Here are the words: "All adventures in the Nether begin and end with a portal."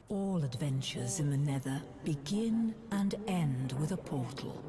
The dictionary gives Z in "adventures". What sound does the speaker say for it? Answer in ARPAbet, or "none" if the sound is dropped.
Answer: Z